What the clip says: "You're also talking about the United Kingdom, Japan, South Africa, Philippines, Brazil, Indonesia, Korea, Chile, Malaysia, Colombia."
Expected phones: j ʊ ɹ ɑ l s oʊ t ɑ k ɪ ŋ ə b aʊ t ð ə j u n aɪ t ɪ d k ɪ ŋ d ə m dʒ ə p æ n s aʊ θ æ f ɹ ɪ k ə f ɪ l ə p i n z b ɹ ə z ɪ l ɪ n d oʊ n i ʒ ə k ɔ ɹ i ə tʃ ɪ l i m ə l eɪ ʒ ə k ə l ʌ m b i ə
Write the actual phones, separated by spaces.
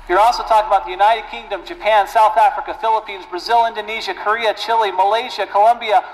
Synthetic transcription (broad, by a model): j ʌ ɹ ɑ l s oʊ t ɑ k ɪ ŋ ə b aʊ t ð ə j u n aɪ t ɪ d k ɪ ŋ d ə m dʒ ə p æ n s aʊ θ æ f ɹ ɪ k ə f ɪ l ə p i n z b ɹ ə z ɪ l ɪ n d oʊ n i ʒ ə k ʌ ɹ i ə tʃ ɪ l i m ə l eɪ ʒ ə k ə l ʌ m b i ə